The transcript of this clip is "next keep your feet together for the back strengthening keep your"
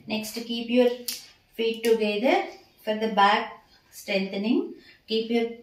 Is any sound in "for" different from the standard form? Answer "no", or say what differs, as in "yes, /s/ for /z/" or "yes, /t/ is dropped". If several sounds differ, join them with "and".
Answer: no